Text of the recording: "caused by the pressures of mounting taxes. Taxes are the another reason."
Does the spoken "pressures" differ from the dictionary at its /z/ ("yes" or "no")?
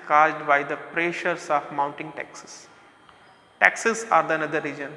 yes